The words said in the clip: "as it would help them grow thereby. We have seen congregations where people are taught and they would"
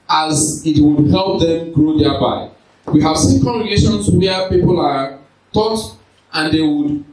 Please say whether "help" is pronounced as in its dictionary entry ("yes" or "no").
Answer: yes